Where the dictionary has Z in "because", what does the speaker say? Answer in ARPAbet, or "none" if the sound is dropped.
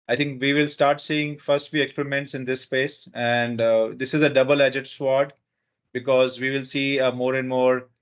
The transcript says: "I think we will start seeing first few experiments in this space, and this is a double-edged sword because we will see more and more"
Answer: Z